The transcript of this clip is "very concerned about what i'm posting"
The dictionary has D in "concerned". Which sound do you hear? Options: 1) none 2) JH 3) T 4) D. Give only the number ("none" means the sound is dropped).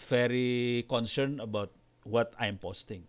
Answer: 1